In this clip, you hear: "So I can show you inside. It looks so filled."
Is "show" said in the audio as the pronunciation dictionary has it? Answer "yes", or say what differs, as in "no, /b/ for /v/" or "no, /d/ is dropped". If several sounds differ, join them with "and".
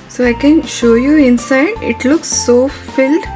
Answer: yes